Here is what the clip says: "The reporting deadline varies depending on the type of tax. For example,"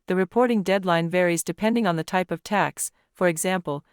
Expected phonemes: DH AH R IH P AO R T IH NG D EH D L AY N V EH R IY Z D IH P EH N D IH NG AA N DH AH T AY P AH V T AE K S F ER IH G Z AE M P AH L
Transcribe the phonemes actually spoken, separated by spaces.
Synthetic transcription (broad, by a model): DH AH R IH P AO R T IH NG D EH D L AY N V EH R IY Z D IH P EH N D IH NG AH N DH AH T AY P AH V T AE K S F ER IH G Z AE M P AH L